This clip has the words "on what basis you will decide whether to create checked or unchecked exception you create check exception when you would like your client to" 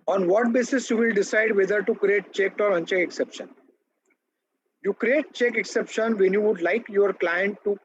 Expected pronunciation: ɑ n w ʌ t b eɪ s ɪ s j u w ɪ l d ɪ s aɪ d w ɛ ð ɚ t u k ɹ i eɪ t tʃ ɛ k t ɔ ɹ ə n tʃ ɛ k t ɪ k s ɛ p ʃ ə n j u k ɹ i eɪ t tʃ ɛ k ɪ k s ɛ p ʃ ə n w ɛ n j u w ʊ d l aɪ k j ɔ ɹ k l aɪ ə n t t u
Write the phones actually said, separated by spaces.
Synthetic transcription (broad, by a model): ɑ n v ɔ t b eɪ s ɪ s j u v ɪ l d ɪ s aɪ d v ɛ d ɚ t u k ɹ i eɪ t tʃ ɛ k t ɔ ɹ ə n tʃ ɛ k ɪ k s ɛ p ʃ ə n j u k ɹ i eɪ t tʃ ɛ k ɪ k s ɛ p ʃ ə n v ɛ n j u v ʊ d l aɪ k j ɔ ɹ k l aɪ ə n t t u